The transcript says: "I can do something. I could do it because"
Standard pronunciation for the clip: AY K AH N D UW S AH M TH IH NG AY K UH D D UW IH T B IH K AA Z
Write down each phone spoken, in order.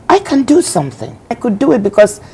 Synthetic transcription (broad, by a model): AY K AH N D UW S AH M TH IH NG AY K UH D D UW IH T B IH K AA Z